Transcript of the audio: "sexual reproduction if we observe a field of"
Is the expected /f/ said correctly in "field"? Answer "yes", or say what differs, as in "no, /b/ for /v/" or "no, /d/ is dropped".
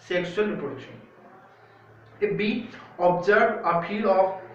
no, /p/ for /f/